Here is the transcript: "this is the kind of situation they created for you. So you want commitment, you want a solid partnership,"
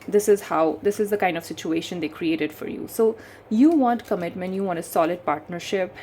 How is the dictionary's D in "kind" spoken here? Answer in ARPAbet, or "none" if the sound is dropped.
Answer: D